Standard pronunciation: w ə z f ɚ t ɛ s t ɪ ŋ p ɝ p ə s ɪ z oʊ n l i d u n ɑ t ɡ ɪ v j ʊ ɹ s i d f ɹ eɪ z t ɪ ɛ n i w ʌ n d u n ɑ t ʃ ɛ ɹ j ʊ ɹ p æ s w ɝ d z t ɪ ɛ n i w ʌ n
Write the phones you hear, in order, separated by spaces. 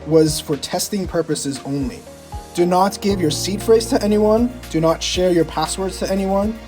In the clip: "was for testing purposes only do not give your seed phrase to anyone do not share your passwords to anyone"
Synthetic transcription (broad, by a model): w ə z f ɚ t ɛ s t ɪ ŋ p ɝ p ə s ɪ z oʊ n l i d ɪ n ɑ t ɡ ɪ v j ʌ ɹ s i d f ɹ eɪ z t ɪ ɛ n i w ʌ n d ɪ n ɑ t ʃ ɛ ɹ j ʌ ɹ p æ s w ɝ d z t ɪ ɛ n i w ʌ n